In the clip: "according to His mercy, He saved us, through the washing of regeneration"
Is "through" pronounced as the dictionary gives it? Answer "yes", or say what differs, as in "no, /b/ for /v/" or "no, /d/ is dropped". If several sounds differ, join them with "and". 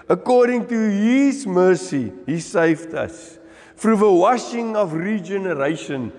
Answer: no, /f/ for /θ/